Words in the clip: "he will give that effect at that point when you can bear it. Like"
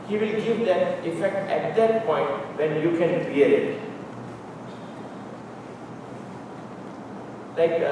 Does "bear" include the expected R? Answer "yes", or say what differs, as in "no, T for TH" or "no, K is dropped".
no, L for R